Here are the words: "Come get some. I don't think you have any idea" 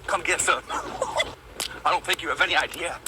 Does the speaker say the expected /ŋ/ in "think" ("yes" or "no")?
no